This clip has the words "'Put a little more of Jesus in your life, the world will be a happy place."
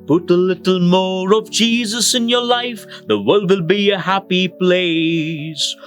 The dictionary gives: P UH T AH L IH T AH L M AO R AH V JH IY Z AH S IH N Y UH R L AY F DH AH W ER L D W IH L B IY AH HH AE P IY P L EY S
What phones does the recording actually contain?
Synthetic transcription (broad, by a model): P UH T AH L IH T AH L M AO R AH V JH IY Z AH S IH N Y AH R L AY F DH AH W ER L D W IH L B IY AH HH AE P IY P L EY S